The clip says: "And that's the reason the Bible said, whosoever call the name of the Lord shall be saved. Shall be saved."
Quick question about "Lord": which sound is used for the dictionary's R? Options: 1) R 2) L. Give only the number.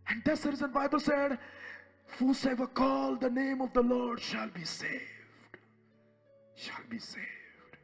1